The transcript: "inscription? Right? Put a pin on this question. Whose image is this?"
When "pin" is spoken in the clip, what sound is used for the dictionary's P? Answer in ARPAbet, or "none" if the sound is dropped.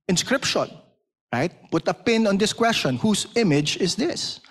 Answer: P